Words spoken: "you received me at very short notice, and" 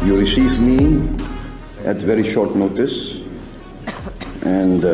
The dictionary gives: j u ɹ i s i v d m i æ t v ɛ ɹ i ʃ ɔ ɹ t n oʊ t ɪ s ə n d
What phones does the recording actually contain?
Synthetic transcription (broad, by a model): j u ɹ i s i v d m i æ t v ɛ ɹ i ʃ ɔ ɹ t n oʊ t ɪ s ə n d